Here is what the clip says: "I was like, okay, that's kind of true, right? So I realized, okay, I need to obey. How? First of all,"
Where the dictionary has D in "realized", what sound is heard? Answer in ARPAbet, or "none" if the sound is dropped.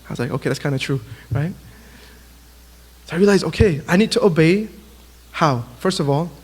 none